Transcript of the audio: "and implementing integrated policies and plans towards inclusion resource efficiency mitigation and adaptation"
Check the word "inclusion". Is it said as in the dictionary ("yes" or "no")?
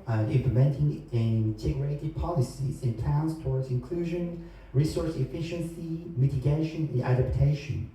yes